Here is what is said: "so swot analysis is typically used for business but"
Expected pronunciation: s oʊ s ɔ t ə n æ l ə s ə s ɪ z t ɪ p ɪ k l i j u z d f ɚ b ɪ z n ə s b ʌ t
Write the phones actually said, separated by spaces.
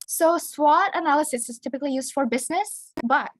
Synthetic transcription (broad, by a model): s oʊ s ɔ t ə n æ l ə s ə s ɪ z t ɪ p ɪ k l i j u z d f ɚ b ɪ z n ə s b ʌ t